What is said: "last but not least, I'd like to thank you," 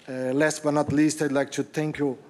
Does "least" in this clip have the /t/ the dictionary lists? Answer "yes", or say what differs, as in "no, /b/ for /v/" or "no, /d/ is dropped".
yes